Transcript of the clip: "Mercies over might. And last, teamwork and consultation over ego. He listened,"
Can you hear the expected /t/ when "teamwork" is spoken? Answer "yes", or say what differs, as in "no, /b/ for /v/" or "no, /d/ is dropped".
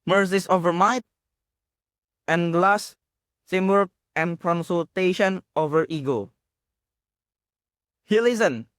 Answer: no, /s/ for /t/